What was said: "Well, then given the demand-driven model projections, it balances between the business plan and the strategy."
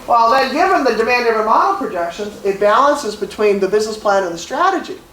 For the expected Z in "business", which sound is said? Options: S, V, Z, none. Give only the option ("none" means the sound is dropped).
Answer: Z